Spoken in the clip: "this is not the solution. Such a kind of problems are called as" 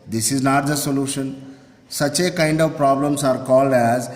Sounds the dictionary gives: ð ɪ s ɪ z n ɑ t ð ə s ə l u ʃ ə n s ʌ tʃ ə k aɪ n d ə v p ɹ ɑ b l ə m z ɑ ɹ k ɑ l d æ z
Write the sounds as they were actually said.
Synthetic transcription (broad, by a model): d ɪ s ɪ z n ɑ t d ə s ə l u ʃ ə n s ʌ tʃ ə k aɪ n d ə v p ɹ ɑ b l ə m s ɑ ɹ k ɑ l d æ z